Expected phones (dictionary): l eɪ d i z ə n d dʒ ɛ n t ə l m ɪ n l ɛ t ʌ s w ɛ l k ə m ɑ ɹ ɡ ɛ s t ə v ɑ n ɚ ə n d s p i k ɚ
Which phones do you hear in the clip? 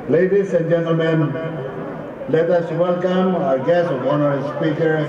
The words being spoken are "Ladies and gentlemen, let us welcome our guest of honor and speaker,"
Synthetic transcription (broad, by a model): l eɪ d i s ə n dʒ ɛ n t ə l m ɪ n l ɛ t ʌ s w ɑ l k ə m ɑ ɹ ɡ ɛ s ə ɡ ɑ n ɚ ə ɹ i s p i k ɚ